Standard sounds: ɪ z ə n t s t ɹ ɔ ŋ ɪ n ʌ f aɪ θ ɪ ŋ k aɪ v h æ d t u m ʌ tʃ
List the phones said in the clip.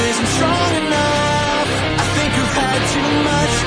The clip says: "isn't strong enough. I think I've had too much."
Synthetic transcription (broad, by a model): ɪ z n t s t ɹ ɔ ŋ ɪ n ʌ f aɪ θ ɪ ŋ k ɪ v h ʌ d t u m ʌ tʃ